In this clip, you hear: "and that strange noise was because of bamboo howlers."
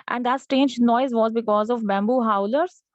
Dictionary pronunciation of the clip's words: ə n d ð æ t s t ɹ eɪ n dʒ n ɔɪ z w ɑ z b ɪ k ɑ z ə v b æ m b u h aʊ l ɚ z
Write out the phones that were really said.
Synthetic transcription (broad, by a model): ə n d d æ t s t eɪ n dʒ n ɔɪ z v ɑ z b ɪ k ɑ z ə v b æ m b u h aʊ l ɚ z